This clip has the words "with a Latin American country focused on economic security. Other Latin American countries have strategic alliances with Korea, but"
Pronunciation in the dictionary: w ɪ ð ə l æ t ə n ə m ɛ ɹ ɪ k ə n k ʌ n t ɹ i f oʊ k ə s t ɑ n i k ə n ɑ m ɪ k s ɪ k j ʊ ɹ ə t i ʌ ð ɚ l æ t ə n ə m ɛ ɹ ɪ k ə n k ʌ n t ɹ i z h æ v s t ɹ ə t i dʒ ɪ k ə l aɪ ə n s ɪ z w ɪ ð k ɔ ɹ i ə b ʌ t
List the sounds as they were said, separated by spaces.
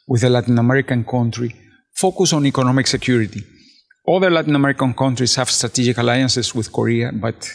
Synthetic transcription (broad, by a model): w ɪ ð ə l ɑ t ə n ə m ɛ ɹ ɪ k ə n k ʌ n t ɹ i f oʊ k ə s ɑ n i k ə n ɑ m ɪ k s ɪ k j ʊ ɹ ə t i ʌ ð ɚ l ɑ t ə n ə m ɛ ɹ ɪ k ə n k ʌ n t ɹ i s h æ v s t ɹ ə t i dʒ ɪ k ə l aɪ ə n s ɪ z w ɪ ð k ɔ ɹ i ə b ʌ t